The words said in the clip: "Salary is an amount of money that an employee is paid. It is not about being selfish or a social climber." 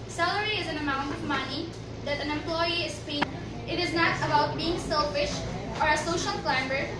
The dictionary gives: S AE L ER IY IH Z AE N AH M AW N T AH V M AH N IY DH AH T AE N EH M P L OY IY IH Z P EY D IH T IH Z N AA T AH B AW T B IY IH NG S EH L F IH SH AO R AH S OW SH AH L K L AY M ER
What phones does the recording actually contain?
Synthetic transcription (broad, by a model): S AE L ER IY IH Z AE N AH M AW N T AH V M AH N IY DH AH T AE N EH M P L OY IY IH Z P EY IH T IH Z N AA T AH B AW T B IY IH NG S EH L F IH SH AO R AH S OW SH AH L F L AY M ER